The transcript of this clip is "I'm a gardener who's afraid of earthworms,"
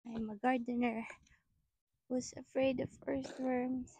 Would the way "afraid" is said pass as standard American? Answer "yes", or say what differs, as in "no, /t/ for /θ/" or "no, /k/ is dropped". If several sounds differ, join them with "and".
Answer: yes